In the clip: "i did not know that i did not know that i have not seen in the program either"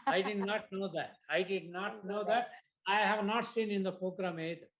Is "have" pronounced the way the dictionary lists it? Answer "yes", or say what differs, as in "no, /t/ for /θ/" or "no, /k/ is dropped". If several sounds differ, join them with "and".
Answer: yes